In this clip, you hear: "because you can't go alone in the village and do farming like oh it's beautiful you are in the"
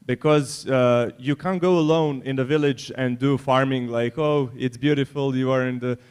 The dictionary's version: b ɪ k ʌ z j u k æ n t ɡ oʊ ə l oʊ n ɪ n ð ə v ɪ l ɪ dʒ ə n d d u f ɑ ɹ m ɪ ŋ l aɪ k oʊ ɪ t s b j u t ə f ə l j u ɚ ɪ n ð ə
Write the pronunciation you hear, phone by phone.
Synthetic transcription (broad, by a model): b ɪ k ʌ z j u k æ n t ɡ oʊ ə l oʊ n ɪ n ð ə v ɪ l ɪ dʒ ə n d d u f ɑ ɹ m ɪ ŋ l aɪ k oʊ ɪ t s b j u t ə f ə l j u ɚ ɪ n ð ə